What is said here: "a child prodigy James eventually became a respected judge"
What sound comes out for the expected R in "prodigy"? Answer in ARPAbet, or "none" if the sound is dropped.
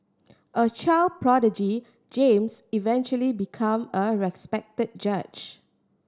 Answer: R